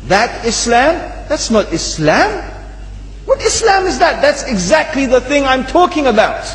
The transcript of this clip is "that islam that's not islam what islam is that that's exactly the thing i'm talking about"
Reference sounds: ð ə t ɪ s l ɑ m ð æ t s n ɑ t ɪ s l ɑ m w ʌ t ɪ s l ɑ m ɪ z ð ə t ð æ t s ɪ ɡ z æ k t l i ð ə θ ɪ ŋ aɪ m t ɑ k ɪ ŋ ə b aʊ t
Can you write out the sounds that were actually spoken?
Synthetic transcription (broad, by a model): ð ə t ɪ s l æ m ð æ t s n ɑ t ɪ s l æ m w ʌ t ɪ s l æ m ɪ z ð ə t ð æ t s ɪ ɡ z æ k t l i ð ə θ ɪ ŋ aɪ m t ɑ k ɪ ŋ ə b aʊ t